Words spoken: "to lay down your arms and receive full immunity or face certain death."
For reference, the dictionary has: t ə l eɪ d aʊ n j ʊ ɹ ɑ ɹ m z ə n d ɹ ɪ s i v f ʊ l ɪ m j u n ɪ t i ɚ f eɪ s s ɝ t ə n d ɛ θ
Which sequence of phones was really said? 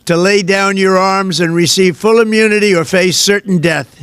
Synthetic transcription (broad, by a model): t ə l eɪ d aʊ n j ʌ ɹ ɑ ɹ m z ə n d ɹ ɪ s i v f ʊ l ɪ m j u n ɪ t i ɚ f eɪ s s ɝ t n d ɛ θ